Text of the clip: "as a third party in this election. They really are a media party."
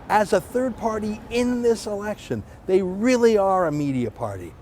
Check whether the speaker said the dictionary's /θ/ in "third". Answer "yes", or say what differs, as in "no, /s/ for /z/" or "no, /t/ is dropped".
yes